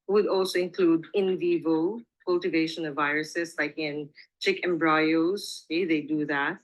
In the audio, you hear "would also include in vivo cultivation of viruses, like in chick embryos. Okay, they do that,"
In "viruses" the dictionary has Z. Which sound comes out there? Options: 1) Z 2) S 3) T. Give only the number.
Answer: 2